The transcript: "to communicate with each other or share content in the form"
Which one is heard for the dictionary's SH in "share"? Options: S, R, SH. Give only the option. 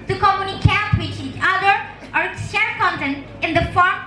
S